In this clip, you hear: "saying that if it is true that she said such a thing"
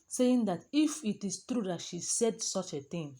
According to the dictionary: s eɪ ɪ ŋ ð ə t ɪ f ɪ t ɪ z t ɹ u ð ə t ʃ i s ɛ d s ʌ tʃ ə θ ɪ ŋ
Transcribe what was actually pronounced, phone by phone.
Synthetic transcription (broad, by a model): s eɪ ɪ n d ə t ɪ f ɪ t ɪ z t ɹ u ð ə t ʃ i s ɛ d s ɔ tʃ ə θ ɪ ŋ